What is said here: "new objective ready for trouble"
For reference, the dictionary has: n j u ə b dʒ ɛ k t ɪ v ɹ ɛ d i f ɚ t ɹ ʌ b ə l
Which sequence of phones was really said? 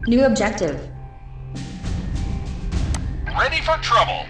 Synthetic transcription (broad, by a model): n j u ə b dʒ ɛ k t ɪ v l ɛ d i f ɚ t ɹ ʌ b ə l